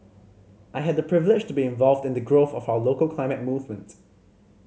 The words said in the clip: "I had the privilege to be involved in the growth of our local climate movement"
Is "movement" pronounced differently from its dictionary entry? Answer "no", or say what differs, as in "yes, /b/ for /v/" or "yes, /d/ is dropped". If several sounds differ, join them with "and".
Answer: no